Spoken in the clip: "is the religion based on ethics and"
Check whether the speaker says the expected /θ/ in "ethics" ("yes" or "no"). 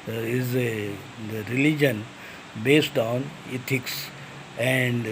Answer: no